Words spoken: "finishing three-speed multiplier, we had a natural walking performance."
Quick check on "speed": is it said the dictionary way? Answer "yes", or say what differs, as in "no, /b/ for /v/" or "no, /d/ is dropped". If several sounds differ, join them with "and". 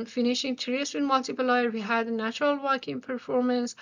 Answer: no, /p/ is dropped